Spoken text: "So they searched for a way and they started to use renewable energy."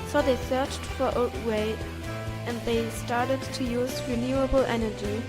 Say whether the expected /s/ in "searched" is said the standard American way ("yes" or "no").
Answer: yes